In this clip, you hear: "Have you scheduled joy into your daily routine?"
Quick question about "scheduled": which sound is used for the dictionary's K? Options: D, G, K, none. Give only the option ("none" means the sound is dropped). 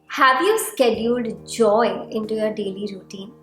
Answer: K